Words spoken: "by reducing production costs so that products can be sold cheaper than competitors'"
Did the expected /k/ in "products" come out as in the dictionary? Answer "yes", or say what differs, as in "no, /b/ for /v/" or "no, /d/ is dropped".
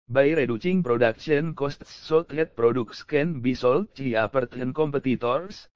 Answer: yes